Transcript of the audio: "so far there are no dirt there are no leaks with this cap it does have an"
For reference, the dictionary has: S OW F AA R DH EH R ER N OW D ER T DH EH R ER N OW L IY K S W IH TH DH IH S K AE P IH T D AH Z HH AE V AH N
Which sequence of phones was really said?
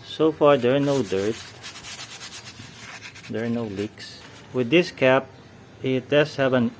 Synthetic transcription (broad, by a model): S OW F AA R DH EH R N OW D ER T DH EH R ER N OW L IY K S W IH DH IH S K AE P IH T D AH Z HH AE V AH N